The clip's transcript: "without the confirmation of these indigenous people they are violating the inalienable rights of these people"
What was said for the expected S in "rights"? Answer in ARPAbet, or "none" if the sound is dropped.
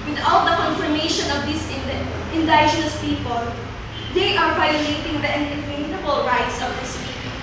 S